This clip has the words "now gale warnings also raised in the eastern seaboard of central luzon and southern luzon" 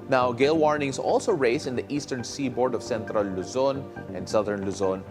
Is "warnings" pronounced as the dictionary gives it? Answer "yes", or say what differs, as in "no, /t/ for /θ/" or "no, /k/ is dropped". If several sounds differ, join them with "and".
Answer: no, /s/ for /z/